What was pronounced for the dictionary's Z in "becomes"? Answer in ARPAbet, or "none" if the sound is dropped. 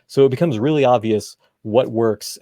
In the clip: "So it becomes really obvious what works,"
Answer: Z